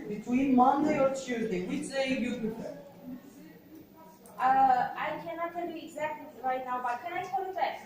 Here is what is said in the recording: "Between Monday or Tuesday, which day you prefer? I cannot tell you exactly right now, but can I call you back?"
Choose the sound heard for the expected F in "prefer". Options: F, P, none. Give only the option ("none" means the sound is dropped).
none